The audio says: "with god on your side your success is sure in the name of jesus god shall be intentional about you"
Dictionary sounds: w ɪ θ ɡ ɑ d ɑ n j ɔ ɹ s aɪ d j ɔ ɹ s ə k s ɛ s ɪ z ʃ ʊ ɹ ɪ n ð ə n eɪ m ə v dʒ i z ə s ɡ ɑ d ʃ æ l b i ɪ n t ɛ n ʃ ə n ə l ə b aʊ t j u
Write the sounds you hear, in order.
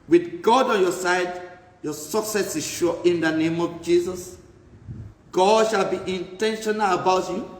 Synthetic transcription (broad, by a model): w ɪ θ ɡ ɑ d ɑ n j ɔ s aɪ d j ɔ s ə k s ɛ s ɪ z ʃ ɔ ɪ n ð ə n eɪ m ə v dʒ i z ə s ɡ ɑ d ʃ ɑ l b i ɪ n t ɛ n ʃ ə n ə l ə b aʊ t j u